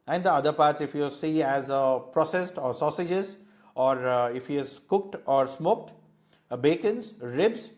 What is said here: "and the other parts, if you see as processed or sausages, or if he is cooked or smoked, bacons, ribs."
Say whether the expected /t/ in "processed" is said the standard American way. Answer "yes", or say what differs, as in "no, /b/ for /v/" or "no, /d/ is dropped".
yes